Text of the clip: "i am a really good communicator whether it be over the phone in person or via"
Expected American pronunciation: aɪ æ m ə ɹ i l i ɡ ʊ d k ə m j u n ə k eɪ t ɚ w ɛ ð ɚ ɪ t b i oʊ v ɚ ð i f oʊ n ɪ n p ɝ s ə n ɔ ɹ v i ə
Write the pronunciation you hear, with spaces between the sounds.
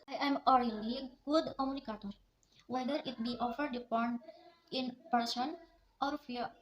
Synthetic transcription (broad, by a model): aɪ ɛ m ə ɹ i l i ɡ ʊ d k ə m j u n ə k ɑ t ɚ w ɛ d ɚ ɪ t b i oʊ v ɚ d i p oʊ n ɪ n p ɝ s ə n ɔ ɹ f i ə